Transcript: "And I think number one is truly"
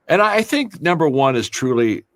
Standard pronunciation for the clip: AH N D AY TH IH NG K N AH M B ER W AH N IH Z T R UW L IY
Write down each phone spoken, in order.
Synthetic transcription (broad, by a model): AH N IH AY TH IH NG K N AH M B ER W AH N IH Z T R UW L IY